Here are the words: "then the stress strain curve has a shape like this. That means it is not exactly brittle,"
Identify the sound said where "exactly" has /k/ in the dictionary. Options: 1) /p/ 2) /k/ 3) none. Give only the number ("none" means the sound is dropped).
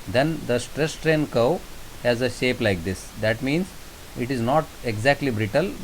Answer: 2